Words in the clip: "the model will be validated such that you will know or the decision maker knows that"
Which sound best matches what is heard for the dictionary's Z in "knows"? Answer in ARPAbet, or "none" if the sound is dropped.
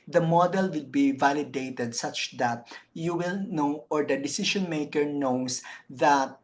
S